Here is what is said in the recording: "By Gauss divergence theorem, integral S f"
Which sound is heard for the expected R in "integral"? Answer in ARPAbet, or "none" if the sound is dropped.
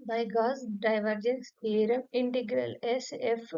R